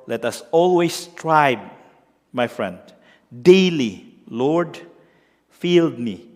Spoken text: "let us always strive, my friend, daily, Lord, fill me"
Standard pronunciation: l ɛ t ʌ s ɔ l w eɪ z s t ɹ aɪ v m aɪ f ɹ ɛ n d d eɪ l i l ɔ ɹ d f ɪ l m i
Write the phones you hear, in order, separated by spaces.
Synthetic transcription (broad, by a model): l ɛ t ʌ s ɔ l w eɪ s t ɹ aɪ b m aɪ f ɹ ɛ n d d eɪ l i l ɔ ɹ d f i l m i